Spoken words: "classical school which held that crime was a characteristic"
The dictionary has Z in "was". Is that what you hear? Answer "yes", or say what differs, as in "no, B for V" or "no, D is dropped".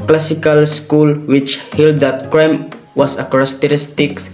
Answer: no, S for Z